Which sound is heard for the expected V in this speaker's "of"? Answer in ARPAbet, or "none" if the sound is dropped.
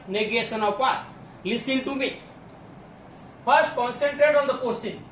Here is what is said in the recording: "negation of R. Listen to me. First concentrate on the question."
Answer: P